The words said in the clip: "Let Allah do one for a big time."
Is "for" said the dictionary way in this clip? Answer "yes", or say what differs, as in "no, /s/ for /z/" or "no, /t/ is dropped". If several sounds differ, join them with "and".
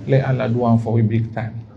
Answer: no, /w/ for /ɹ/